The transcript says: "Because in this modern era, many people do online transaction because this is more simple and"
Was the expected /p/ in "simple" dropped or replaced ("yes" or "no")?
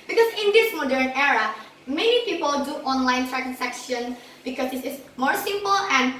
no